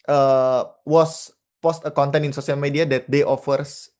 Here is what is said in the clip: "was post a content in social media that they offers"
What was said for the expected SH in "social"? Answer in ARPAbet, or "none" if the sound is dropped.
S